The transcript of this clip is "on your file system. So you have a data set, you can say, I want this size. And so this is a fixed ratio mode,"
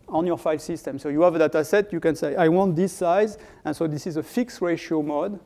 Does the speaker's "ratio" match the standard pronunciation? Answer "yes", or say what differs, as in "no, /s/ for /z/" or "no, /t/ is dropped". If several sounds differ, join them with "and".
yes